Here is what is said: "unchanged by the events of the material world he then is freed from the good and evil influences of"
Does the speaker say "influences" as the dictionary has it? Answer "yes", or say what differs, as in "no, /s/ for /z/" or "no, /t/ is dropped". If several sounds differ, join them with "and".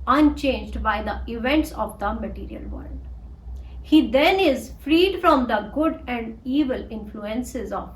yes